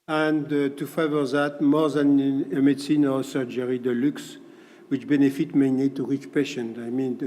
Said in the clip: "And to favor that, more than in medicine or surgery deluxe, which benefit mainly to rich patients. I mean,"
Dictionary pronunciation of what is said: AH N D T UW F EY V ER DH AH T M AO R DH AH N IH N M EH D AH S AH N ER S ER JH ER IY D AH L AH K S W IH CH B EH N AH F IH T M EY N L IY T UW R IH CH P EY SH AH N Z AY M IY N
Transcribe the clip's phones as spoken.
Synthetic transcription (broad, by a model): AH N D T UW F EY V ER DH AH T M AO R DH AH N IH M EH D S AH N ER S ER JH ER IY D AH L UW K S W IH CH B EH N AH F IH T M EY N IY T UW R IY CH P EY SH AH N AY M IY N